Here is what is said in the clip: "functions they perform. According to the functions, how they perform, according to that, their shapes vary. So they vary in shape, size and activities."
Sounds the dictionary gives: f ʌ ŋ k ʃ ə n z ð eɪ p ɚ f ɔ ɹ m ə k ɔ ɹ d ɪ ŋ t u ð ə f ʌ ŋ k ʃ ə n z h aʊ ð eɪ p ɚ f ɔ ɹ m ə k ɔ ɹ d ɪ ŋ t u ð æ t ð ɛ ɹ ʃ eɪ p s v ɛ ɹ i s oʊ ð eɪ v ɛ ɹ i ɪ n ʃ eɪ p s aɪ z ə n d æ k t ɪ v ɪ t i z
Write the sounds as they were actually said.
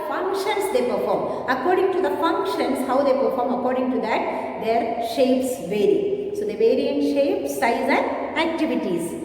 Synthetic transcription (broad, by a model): f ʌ ŋ k ʃ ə n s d eɪ p ɚ f ɔ ɹ m ə k ɔ ɹ d ɪ ŋ t u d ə f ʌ ŋ k ʃ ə n s h aʊ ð eɪ p ɚ f ɔ ɹ m ə k ɔ ɹ d ɪ ŋ t u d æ t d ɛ ɹ ʃ eɪ p s v ɛ ɹ i s oʊ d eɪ v ɛ ɹ i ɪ n ʃ eɪ p s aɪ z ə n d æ k t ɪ v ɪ t i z